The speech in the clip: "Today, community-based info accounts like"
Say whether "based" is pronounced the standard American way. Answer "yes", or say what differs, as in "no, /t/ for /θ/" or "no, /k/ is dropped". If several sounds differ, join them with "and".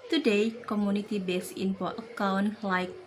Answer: no, /t/ is dropped